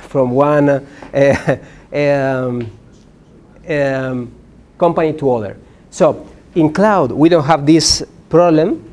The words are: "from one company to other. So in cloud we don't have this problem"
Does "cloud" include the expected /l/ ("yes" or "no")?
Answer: yes